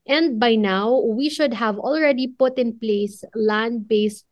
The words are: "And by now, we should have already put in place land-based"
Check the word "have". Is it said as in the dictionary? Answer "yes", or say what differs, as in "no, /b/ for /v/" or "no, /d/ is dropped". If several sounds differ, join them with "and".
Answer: yes